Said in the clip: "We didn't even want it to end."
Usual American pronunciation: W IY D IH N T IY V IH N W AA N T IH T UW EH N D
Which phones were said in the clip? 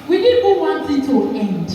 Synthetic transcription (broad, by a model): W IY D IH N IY B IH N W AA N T IH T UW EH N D